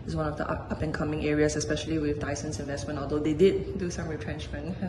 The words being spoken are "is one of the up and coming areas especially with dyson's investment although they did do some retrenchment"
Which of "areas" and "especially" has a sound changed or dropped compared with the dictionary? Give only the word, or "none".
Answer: areas